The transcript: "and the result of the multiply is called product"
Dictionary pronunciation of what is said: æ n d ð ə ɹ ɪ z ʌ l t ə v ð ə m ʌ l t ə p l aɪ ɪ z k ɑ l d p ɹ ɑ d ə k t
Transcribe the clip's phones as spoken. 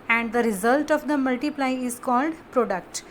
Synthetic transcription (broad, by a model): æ n d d ə ɹ ɪ z ʌ l t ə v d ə m ʌ l t ə p l aɪ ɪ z k ɑ l d p ɹ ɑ d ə k t